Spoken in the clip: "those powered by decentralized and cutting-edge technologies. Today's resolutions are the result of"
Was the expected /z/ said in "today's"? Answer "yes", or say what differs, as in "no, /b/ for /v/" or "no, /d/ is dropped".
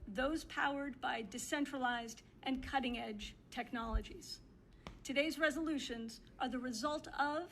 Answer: yes